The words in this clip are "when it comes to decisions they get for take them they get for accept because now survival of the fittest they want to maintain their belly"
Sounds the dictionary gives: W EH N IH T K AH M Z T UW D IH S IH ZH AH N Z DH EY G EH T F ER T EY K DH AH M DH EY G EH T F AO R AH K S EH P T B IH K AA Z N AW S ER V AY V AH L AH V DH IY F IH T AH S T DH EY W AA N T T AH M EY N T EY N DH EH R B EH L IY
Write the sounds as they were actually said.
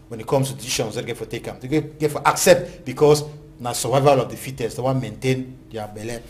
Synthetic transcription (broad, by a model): W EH N IH T K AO M S T UW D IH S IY SH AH N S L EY G EH T F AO T EY K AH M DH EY G EH T F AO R AH K S EH P T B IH K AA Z N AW S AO V AY V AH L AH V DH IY F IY T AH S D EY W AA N M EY N T EY N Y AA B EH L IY